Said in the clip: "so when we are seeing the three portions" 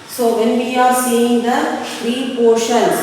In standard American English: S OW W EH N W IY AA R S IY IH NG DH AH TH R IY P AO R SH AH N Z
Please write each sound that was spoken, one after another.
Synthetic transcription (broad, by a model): S OW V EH N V IY AA R S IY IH NG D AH F R IY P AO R SH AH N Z